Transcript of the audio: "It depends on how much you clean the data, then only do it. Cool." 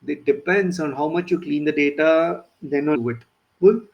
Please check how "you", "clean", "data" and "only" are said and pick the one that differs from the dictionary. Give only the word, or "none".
only